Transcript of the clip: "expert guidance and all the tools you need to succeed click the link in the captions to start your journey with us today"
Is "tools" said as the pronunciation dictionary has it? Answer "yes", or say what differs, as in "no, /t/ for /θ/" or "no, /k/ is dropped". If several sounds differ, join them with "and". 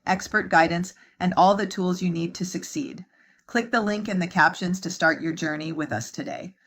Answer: yes